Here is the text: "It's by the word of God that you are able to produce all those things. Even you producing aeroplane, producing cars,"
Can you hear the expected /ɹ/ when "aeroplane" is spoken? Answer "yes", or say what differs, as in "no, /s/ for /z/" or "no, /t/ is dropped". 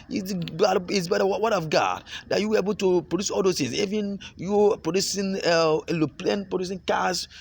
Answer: no, /l/ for /ɹ/